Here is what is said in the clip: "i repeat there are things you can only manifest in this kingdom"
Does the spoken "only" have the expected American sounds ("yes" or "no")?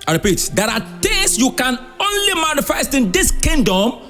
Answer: yes